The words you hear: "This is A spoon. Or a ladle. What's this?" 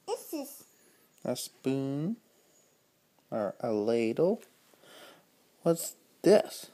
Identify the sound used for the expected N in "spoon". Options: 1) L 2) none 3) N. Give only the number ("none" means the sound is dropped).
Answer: 3